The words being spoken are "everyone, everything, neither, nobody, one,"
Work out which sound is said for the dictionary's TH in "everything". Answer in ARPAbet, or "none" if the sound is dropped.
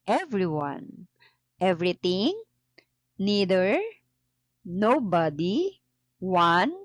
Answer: T